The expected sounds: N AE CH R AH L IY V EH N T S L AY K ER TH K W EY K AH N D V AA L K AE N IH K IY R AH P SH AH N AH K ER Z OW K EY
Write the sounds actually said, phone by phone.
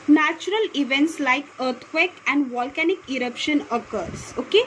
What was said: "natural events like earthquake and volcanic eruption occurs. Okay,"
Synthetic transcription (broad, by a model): N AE CH R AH L IY V EH N T S L AY K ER T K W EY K AH N D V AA L K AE N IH K IY R AH P SH AH N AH K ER S OW K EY